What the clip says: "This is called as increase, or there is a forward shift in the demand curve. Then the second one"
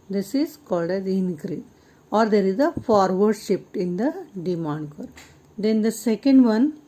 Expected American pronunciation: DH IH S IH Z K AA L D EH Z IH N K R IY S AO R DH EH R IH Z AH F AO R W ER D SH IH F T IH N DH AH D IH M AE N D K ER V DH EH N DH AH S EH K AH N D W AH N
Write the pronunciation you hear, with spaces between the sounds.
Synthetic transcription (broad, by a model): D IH S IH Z K AA L D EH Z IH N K R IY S AO R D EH R IH Z AH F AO R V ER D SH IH P T IH N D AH D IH M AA N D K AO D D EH N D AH S EH K AH N D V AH N